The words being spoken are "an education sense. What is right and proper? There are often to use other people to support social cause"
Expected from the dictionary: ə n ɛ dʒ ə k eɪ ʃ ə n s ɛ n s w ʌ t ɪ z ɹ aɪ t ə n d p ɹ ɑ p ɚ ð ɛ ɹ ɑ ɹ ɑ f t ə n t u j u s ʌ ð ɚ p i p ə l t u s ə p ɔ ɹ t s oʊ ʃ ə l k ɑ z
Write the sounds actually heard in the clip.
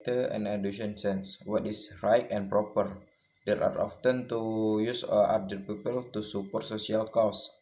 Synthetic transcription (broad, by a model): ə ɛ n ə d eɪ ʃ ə n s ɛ n s w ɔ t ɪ s ɹ aɪ t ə n p ɹ ɑ p ɚ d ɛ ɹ ɑ ɹ ɑ f t ə n t u j u s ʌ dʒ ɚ p i p ə l t u s ə p ɔ ɹ t s oʊ s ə l k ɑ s